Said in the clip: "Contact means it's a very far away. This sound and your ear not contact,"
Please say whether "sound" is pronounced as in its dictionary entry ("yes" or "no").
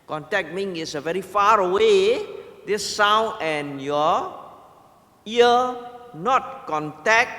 no